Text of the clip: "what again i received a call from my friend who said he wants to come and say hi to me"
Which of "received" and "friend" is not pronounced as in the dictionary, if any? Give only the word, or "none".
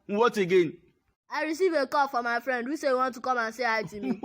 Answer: received